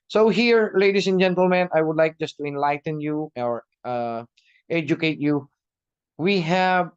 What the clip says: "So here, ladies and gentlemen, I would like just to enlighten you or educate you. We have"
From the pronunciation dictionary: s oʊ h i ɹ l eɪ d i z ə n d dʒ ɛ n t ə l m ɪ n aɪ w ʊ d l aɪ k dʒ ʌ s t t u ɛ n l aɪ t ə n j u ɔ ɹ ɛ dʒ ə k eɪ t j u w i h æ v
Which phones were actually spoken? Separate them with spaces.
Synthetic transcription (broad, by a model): s oʊ h i ɹ l eɪ d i s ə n dʒ ɛ n t ə l m ɪ n aɪ w ʊ d l aɪ k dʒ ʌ s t t u ɛ n l aɪ t ə n j u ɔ ɹ ɛ dʒ ə k eɪ t j u w i h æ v